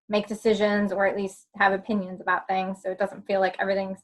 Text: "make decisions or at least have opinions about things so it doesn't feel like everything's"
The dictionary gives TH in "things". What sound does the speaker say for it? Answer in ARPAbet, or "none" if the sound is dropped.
TH